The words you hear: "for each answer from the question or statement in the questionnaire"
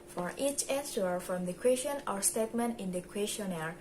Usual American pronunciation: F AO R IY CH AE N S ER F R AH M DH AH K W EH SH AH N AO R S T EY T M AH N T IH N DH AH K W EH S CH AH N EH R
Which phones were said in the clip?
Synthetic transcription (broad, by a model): F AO R IY CH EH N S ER F R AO M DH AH K W EH SH AH N AO R S T EY T M AH N T IH N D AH K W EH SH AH N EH R